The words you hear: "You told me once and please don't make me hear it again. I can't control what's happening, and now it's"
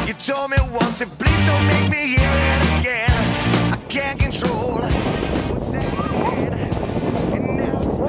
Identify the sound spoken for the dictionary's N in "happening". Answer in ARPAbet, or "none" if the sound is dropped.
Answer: none